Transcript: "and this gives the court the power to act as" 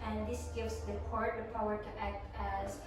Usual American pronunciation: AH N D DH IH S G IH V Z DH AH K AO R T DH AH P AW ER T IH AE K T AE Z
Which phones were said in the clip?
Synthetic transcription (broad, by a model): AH N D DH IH S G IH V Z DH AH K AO R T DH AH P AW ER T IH AE K T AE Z